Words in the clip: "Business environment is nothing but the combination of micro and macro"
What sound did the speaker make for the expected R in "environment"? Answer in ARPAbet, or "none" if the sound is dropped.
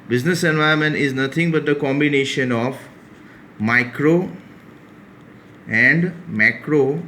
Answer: none